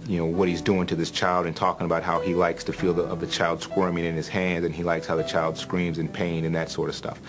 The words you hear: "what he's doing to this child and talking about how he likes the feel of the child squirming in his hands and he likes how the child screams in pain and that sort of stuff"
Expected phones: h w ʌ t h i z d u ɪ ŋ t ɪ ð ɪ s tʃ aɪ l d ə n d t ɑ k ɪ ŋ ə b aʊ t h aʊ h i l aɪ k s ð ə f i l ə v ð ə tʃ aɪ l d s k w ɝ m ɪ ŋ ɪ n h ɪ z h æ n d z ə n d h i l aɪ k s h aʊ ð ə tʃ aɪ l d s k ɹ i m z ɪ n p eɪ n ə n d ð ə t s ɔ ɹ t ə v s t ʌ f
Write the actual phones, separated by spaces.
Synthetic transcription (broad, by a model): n w ʌ t h i z d u ɪ ŋ t ɪ ð ɪ s tʃ aɪ l d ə n t ɑ k ɪ ŋ ə b aʊ t h aʊ i l aɪ k s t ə f i l ə v ð ə tʃ aɪ l d s k w ɝ m ɪ ŋ ɪ n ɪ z h æ n d z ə n i l aɪ k s h aʊ ð ə tʃ aɪ l d s k ɹ i m z ɪ n p eɪ n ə n ð ə t s ɔ ɹ t ə v s t ʌ f